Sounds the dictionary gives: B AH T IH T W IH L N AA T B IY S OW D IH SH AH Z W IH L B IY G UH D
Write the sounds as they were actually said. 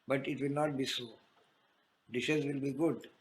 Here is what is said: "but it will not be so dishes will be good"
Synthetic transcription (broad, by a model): B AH T IH T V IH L N AA T B IY S OW D IH SH AH Z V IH L B IY G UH D